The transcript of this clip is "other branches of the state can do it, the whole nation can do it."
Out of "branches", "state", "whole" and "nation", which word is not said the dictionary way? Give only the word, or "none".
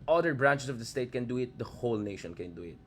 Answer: branches